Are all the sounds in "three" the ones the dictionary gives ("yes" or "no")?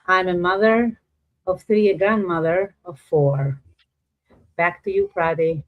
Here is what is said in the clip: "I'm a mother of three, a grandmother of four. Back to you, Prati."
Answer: yes